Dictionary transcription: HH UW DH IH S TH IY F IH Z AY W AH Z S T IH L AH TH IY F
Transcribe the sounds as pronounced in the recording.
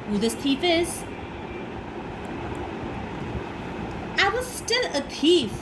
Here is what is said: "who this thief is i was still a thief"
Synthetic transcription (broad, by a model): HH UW DH IH S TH IY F IH Z AY W AH Z S T IH L AH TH IY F